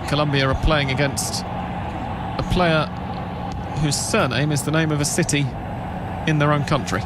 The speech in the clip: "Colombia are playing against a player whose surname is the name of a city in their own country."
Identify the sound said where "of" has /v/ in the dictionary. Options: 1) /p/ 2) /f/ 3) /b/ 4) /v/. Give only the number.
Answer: 4